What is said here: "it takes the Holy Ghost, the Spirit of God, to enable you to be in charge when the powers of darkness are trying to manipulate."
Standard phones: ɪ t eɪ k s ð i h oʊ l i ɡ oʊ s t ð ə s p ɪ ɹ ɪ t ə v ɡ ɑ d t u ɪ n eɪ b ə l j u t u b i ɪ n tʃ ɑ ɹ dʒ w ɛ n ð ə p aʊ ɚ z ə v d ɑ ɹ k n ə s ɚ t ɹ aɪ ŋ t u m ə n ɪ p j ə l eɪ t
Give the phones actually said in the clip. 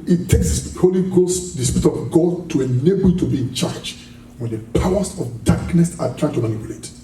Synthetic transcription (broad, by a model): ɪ t eɪ k s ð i h oʊ l i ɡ oʊ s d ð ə s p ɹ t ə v ɡ ɑ d t u ɪ n eɪ b ə l t u b i ɪ n tʃ ɑ ɹ dʒ w ɛ n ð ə p aʊ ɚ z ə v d ɑ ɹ k n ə s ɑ t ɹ aɪ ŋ t u m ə n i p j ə l eɪ t